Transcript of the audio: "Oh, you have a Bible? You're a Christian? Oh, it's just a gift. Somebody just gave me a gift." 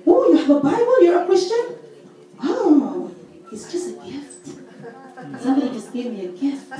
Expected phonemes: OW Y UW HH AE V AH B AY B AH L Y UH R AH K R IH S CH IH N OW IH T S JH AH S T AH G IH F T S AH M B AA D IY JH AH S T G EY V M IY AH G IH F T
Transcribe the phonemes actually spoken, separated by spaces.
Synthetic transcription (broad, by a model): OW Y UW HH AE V AH B AY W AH N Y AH R AH K R IH S CH IH N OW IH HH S JH AH S T AH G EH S T S AH M B AA D IY JH AH S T G EY V M IY AH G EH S T